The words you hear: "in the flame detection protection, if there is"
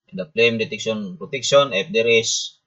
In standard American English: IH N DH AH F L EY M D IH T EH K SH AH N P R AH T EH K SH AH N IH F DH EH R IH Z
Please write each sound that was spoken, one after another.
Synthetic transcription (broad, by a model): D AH P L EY M D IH T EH K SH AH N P R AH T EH K S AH N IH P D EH R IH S